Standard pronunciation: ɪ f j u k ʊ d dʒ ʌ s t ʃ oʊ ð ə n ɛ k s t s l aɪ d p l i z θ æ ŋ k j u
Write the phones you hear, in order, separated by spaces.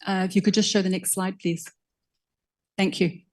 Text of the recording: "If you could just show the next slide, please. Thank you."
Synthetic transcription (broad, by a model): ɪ f j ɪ k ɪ d dʒ ʌ s t ʃ oʊ ð ə n ɛ k s t s l aɪ d p l i z θ æ ŋ k j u